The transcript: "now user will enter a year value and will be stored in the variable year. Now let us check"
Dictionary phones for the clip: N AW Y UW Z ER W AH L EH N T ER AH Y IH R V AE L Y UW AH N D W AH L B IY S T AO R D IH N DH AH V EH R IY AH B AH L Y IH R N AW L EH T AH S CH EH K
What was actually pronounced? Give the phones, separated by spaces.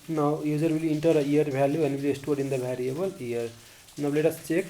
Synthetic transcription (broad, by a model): N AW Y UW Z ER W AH L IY N T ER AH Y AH R B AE L Y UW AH N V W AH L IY S T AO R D IH N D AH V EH R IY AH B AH L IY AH R N AW L EH T AH S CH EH K